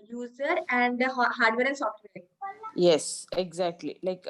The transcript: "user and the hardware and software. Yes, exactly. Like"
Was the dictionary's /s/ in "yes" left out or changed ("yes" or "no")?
no